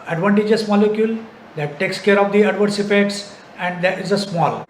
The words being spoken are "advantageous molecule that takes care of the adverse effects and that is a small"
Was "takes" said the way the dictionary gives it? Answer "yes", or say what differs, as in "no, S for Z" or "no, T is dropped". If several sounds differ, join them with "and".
yes